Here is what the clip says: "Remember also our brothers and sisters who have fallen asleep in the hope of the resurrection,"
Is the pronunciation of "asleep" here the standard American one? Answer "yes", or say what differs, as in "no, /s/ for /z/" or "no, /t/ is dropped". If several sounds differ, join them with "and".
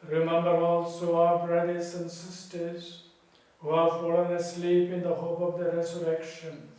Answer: yes